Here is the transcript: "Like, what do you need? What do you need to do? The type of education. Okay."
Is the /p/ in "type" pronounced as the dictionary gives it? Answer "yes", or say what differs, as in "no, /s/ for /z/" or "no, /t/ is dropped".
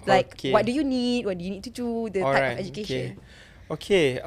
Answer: no, /p/ is dropped